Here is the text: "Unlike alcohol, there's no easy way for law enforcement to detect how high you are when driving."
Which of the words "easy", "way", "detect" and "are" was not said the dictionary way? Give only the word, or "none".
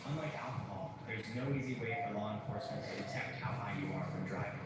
none